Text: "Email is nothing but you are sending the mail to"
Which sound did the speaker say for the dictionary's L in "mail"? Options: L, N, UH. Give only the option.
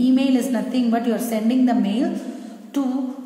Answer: L